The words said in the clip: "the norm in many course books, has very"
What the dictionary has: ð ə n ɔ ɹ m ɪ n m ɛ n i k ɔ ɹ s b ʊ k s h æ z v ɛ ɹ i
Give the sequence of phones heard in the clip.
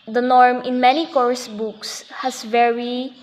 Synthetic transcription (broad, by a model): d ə n ɔ ɹ m ɪ n m ɛ n i k ɔ ɹ s b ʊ k s h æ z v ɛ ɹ i